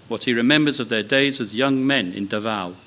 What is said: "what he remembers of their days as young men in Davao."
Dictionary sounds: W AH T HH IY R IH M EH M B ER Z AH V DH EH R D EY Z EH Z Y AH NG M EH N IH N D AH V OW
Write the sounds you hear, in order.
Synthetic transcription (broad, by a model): W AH T HH IY R IH M EH M B ER Z AH V DH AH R D EY Z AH Z Y AH NG M EH N IH N D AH V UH